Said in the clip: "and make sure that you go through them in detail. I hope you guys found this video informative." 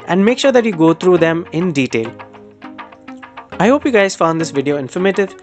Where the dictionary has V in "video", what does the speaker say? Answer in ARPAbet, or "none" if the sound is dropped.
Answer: V